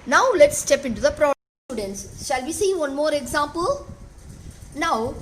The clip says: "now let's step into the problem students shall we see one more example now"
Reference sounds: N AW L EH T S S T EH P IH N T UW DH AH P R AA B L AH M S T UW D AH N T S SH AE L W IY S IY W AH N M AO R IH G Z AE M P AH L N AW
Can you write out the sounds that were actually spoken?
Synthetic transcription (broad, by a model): N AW L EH T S S T EH P IH N T UW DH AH P R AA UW D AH N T S SH AE L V IY S IY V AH N M AO R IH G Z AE M P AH L N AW